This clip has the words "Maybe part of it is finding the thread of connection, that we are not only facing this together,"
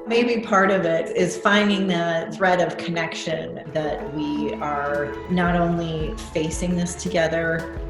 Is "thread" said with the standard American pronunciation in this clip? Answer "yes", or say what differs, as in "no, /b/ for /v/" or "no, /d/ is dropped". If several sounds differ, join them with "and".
yes